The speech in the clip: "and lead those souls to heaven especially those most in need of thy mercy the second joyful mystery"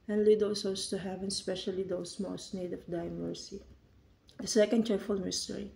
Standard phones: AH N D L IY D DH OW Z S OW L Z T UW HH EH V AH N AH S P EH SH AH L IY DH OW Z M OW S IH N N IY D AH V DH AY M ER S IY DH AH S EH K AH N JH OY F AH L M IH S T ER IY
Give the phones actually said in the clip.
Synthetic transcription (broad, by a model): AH N L IY D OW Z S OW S T UW HH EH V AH N S P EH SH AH L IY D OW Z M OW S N N IY D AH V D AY M ER S IY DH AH S EH K AH N CH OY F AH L M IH S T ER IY